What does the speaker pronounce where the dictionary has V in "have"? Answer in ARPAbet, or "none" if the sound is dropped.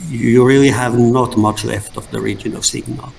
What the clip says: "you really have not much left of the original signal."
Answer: V